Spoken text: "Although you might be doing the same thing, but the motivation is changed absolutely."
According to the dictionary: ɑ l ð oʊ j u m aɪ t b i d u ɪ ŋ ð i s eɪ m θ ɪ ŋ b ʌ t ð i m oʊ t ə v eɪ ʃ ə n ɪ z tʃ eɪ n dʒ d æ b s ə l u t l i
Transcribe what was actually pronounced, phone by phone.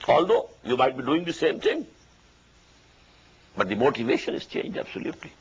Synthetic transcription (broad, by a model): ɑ l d oʊ j u m aɪ t b i d u ɪ ŋ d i s eɪ m t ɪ ŋ b ʌ t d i m oʊ t ə v eɪ ʃ ə n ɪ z tʃ eɪ n dʒ d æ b s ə l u t l i